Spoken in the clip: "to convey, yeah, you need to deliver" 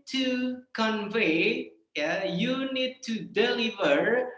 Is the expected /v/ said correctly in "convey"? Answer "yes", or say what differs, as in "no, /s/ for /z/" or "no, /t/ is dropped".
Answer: yes